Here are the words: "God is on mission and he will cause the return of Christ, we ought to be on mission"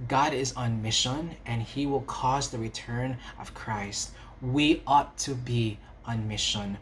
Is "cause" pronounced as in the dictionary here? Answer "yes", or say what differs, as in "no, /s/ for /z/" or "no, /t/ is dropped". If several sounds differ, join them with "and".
yes